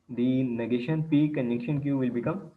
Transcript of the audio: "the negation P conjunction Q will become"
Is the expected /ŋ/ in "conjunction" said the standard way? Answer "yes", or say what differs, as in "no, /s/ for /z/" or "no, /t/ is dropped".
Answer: no, /ŋ/ is dropped